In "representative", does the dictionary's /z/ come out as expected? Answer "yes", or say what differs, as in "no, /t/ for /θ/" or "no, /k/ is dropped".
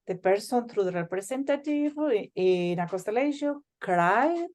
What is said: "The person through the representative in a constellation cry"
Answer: no, /s/ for /z/